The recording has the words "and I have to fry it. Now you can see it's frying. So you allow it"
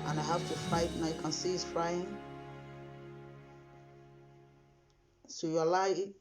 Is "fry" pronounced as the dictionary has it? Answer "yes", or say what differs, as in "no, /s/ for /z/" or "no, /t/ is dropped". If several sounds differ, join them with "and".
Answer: no, /ɹ/ is dropped